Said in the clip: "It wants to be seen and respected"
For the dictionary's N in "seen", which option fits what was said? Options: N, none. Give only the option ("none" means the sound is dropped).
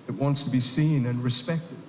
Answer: N